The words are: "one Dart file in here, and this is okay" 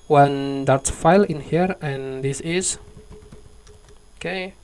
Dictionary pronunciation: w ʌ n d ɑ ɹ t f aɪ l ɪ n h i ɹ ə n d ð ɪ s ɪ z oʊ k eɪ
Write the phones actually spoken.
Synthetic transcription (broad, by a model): w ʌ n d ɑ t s f aɪ l ɪ n h i ɹ ə n d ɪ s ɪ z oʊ k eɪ